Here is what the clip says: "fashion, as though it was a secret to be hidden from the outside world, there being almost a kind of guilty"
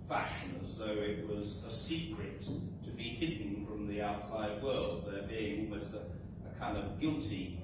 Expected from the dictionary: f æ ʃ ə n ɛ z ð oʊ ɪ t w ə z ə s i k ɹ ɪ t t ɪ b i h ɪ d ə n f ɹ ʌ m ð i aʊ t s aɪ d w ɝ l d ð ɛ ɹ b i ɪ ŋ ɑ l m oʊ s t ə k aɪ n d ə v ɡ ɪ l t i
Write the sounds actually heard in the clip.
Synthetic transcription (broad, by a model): f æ ʃ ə n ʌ z ð oʊ ɪ t w ə z ə s i k ɹ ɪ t t ɪ b i h ɪ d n f ɹ ʌ m ð i aʊ t s aɪ d w ɝ l d ð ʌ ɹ b i ɪ ŋ ɑ l m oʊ s t ə k aɪ n d ə v ɡ ɪ l t i